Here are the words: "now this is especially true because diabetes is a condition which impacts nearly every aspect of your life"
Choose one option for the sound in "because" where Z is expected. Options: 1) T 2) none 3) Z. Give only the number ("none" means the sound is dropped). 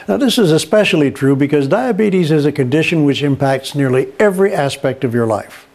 3